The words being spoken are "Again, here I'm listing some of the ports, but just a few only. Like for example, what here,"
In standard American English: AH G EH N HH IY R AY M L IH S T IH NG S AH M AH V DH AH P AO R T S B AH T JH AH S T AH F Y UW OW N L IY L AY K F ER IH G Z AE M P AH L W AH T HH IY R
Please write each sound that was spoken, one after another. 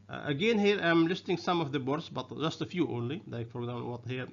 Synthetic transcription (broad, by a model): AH G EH N HH IY R AY M L IH S T IH NG S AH M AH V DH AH B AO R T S B AH T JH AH S T AH F Y UW OW N L IY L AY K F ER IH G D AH N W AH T HH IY R